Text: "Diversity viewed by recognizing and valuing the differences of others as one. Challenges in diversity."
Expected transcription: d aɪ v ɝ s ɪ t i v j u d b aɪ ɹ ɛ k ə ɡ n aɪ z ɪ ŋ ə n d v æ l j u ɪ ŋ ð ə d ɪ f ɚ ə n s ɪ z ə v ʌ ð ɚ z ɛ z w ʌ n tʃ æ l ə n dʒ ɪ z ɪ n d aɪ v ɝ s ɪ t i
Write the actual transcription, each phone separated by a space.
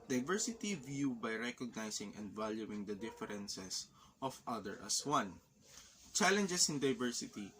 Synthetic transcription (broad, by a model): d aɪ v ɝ s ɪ t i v j u b aɪ ɹ ɛ k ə ɡ n aɪ s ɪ ŋ ə n d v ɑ l j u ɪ ŋ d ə d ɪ f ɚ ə n s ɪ s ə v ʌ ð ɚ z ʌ s w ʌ n tʃ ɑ l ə n dʒ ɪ s ɪ n d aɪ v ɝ s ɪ t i